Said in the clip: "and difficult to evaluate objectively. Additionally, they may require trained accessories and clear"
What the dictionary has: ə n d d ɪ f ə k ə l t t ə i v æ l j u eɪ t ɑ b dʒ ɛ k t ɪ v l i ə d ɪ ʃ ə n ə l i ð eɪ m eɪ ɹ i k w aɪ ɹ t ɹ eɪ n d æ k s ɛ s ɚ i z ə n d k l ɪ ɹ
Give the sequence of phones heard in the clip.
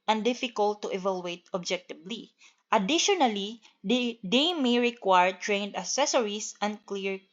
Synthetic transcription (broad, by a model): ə n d d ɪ f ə k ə l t t ə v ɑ l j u eɪ t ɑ b dʒ ɛ k t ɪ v l i ə d ɪ ʃ ə n ə l i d eɪ m eɪ ɹ i k w aɪ ɹ t ɹ eɪ n d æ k s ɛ s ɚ i s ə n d k l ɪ ɹ